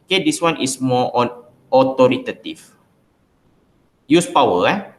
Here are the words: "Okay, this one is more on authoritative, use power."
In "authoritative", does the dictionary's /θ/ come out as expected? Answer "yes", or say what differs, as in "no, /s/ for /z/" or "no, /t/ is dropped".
no, /t/ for /θ/